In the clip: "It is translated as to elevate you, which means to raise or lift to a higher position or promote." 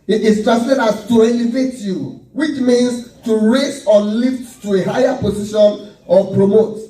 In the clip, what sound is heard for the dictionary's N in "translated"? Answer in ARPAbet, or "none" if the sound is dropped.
none